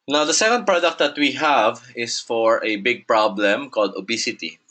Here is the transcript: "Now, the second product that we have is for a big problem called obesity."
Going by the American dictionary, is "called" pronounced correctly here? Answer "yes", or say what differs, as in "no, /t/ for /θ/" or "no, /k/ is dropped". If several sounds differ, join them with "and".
yes